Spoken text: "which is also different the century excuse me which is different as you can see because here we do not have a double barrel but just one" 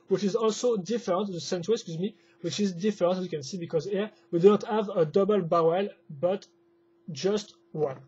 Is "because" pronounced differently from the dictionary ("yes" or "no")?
no